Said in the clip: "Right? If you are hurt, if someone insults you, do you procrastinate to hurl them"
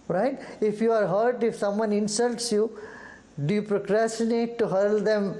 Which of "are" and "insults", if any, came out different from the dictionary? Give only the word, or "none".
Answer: none